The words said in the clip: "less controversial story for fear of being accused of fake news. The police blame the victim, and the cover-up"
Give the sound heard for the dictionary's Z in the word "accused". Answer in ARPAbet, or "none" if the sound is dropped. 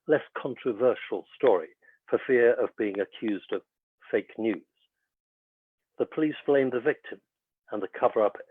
Z